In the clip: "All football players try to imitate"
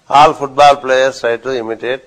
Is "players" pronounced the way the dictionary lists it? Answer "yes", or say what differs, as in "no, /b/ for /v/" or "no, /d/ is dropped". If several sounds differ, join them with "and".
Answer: no, /z/ is dropped